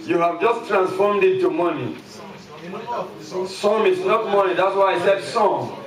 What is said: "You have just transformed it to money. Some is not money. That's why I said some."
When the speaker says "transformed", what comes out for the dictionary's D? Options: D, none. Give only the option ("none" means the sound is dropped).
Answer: D